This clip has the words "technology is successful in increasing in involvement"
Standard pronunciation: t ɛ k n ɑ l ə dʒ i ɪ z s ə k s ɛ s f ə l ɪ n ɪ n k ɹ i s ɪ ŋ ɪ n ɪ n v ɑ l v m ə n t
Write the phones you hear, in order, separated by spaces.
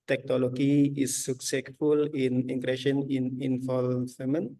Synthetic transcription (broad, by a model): t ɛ k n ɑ l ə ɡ i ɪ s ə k s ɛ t f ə l ɪ n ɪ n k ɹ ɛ ʃ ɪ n ɪ n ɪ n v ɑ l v m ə n